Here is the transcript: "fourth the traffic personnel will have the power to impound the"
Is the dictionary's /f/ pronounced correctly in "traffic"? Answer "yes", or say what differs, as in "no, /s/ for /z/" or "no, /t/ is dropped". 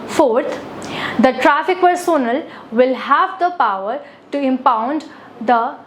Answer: yes